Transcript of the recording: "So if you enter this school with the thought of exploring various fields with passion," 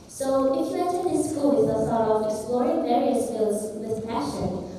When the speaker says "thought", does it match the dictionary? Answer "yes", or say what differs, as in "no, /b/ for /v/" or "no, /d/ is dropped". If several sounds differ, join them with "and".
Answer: no, /s/ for /θ/